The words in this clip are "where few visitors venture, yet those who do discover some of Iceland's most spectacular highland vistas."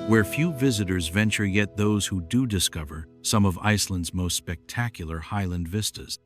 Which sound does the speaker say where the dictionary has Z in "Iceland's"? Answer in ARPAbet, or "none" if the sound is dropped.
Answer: Z